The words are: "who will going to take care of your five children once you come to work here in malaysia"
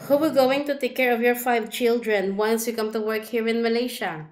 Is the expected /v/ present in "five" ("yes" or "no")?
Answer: yes